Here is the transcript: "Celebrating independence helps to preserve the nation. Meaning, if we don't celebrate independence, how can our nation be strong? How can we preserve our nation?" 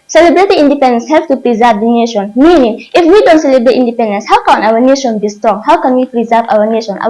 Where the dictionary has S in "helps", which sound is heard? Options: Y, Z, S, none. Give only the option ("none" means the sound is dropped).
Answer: none